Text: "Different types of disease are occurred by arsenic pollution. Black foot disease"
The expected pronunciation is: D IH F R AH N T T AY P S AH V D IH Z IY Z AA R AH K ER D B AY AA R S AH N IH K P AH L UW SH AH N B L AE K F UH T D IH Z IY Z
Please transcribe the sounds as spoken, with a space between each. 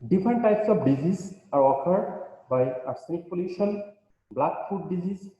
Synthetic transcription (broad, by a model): D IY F R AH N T T AY P S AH P D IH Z IY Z AA R AH K ER D B AY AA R S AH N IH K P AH L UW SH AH N B L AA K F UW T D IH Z IY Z